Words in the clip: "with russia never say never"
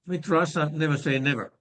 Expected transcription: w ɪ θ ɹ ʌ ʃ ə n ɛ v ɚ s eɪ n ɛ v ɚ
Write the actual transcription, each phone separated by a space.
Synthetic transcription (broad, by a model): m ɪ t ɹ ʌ s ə n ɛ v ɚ s eɪ n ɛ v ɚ